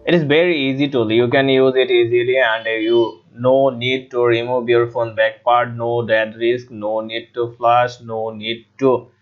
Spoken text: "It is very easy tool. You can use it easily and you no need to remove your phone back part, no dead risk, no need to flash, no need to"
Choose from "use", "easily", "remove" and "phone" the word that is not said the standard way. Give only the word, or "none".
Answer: remove